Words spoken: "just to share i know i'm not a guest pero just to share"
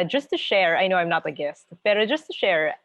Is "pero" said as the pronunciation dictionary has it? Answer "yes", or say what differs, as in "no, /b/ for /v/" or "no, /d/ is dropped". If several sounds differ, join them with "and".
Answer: no, /b/ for /p/